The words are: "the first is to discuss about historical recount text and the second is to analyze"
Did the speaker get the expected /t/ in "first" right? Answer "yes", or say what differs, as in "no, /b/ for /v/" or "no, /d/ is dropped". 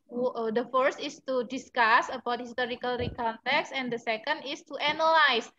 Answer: yes